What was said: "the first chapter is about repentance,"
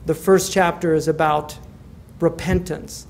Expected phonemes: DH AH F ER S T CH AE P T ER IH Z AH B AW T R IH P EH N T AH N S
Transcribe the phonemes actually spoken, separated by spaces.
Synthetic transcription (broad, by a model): DH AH F ER S CH AE P T ER IH Z AH B AW T R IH P EH N T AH N S